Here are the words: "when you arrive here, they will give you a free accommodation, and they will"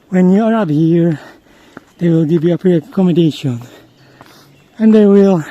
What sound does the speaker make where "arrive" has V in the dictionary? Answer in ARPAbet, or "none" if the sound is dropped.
P